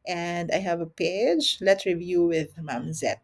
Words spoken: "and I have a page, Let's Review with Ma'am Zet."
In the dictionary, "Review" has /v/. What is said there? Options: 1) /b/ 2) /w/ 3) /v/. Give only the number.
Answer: 3